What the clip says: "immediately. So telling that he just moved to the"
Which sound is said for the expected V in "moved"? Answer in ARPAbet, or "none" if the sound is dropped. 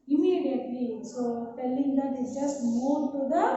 none